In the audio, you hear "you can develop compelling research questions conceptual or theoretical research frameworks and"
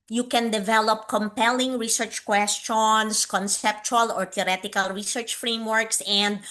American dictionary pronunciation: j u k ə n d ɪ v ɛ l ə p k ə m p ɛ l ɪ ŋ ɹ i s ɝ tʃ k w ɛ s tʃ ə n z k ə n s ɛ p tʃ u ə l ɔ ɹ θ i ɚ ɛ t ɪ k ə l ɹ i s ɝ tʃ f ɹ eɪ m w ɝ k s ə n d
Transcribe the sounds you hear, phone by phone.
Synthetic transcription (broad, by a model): j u k ə n d ɪ v ɛ l ə p k ə m p ɛ l ɪ ŋ ɹ i s ɝ tʃ k w ɛ s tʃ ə n s k ə n s ɛ p tʃ u ə l ɔ ɹ t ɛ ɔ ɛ t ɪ k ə l ɹ i s ɝ tʃ f ɹ eɪ m w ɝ k s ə n d